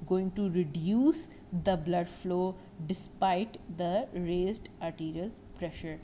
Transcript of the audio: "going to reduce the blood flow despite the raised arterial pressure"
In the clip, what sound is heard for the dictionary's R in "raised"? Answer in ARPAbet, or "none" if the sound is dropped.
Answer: R